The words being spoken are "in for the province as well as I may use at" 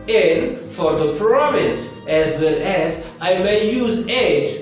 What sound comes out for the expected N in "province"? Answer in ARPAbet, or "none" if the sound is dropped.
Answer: none